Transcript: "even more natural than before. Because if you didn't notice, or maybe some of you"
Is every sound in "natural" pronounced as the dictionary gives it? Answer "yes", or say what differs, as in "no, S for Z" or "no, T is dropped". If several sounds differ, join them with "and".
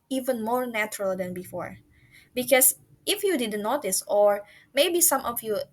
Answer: yes